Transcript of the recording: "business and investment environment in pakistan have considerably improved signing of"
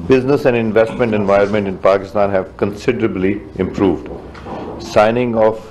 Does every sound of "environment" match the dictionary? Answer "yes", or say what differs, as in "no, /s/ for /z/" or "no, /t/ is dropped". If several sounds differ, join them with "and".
no, /ɹ/ is dropped